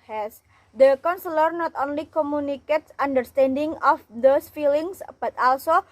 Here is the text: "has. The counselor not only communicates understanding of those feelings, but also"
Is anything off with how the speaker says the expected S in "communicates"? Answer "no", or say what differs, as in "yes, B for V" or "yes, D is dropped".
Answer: no